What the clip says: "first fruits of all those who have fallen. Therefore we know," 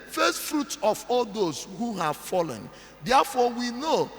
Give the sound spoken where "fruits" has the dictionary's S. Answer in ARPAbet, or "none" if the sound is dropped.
none